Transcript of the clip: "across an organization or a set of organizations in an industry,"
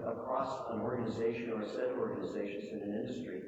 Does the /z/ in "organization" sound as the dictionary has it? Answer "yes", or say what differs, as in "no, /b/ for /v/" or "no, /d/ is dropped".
yes